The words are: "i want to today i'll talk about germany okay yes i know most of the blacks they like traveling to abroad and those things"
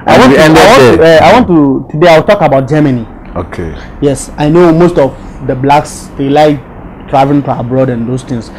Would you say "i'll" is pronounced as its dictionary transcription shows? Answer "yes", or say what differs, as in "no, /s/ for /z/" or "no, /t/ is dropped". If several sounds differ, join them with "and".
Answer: no, /w/ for /l/